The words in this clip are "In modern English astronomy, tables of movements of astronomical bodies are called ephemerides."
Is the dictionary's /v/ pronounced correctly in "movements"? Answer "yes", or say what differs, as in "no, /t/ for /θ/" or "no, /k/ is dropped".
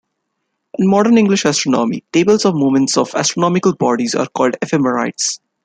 no, /v/ is dropped